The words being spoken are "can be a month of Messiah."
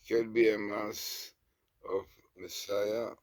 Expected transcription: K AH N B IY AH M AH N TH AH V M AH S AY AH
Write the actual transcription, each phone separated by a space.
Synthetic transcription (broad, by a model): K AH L B IY AH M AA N S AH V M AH S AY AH